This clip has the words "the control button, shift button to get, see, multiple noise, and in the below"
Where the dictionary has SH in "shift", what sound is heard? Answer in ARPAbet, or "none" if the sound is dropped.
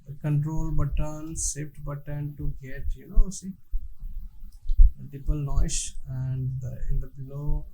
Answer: S